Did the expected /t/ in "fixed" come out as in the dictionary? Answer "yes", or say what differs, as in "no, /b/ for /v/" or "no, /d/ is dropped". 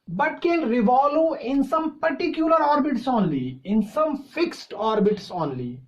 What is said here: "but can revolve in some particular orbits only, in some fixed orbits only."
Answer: yes